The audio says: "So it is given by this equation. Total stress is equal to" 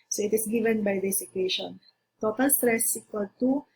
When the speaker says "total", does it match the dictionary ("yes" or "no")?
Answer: yes